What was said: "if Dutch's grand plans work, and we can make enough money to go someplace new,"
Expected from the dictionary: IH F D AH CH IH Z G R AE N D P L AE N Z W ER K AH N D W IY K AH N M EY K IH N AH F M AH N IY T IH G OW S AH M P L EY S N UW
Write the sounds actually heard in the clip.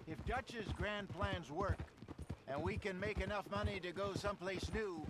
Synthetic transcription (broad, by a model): IH F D AH CH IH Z G R AE N P L AE N Z W ER K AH N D W IY K AH N M EY K IH N AH F M AH N IY T IH G OW S AH M P L EY S N UW